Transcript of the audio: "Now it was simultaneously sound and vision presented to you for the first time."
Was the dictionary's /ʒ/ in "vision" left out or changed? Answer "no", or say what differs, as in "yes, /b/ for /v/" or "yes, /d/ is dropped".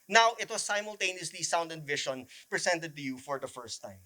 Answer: yes, /ʃ/ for /ʒ/